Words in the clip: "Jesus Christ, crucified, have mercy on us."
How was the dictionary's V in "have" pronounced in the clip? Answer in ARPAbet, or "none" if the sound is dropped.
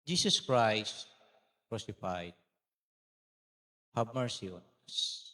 B